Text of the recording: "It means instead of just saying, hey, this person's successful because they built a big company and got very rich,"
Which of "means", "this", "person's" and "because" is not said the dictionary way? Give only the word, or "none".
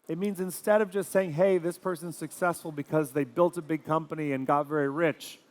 none